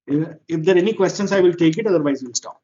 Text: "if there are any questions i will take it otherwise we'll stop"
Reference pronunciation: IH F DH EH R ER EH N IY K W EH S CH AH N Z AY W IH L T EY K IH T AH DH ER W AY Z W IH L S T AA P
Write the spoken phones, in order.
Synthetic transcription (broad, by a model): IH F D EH R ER EH N IY K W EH S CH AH N S AY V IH L T EY K IH T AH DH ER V AY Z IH N S T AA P